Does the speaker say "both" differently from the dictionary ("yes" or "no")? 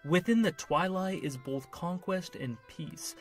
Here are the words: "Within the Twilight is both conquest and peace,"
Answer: no